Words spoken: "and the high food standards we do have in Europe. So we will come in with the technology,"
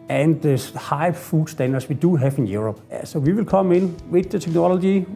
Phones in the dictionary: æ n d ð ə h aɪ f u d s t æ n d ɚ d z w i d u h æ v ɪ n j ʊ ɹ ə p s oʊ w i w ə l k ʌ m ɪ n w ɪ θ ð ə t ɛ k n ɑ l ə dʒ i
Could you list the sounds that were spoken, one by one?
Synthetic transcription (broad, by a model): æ n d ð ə h aɪ f u d s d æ n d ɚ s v i d u h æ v ɪ n j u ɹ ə b s oʊ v i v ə l k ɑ m ɪ n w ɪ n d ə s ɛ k n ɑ l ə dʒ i